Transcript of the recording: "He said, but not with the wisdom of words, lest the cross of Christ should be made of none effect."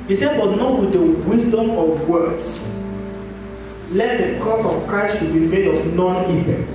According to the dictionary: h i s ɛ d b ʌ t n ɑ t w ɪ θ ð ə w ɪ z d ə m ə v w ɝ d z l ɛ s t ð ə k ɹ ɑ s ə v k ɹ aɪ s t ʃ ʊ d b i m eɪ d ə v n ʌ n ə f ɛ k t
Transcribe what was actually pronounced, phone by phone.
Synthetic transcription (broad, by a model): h i s ɛ d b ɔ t n ɑ t w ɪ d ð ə w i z d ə m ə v w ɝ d s l ɛ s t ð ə k ɑ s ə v k ɹ aɪ s t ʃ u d b i m eɪ d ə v n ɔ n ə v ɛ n